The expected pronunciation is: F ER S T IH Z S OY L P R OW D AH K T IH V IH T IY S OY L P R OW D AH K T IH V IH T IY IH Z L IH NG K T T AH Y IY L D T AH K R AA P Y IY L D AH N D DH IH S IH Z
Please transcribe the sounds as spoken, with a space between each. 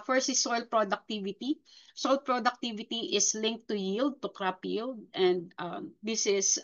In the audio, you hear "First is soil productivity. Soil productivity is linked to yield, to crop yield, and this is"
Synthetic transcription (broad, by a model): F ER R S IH S OY L P R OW D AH K T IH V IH T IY S OY L P R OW D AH K T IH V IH T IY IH S L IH NG K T T AH Y IY L D T AH K R AA P Y IY L D AH N D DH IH S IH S